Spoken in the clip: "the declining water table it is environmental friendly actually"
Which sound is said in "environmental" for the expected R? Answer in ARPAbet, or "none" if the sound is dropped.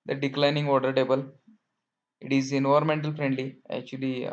none